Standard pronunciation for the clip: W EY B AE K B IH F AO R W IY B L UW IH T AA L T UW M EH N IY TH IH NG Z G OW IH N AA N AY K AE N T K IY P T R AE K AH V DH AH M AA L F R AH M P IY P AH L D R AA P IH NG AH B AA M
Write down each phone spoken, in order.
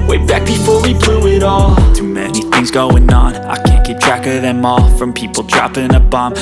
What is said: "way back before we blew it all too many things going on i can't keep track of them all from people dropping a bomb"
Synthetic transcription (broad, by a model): W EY B AE K B IH F AO R W IY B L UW IH T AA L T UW M EH N IY TH IH NG Z G OW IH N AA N AY K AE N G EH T T R AE K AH DH AH M AA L F R AH M P IY P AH L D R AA P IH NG AH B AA M